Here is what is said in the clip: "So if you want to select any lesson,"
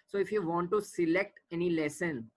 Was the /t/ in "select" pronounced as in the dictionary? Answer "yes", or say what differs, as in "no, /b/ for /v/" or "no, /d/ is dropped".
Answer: yes